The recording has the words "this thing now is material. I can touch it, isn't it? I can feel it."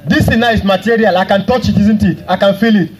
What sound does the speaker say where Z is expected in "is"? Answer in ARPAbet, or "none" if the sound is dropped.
S